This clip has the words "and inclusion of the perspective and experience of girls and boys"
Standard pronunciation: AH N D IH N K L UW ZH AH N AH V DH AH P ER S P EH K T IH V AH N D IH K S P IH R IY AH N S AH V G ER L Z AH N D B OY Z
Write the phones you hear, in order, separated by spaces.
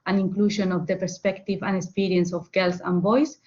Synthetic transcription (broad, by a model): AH N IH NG K L UW SH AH N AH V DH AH P ER S P EH K T IH V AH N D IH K S P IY R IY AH N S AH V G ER L S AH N B OY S